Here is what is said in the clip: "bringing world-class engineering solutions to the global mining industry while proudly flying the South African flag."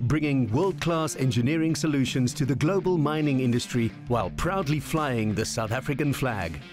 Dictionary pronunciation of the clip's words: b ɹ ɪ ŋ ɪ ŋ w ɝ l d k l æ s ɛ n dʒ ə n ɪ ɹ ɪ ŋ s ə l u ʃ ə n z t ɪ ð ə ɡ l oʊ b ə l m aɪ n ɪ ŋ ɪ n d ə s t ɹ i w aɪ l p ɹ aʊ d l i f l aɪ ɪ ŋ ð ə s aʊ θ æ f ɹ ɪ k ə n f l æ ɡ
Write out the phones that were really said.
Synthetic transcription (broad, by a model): b ɹ ɪ ŋ ɪ ŋ w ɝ l d k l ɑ s ɛ n dʒ ə n ɪ ɹ ɪ ŋ s ə l u ʃ ə n z t ɪ ð ə ɡ l oʊ b ə l m aɪ n ɪ ŋ ɪ n d ə s t ɹ i w aɪ l p ɹ aʊ d l i f l aɪ ɪ ŋ ð ə s aʊ θ æ f ɹ ɪ k ə n f l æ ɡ